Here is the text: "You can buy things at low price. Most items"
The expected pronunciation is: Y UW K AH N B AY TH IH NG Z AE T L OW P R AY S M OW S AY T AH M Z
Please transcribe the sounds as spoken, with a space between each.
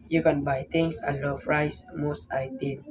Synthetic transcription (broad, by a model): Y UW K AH N B AY T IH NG S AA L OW F R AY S M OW S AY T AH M